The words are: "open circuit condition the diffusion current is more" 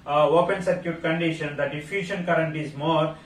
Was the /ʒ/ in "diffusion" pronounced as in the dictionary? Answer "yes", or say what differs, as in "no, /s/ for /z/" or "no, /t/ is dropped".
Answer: no, /ʃ/ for /ʒ/